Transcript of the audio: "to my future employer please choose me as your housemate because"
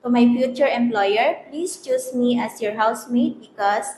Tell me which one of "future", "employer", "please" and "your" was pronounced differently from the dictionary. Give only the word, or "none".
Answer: please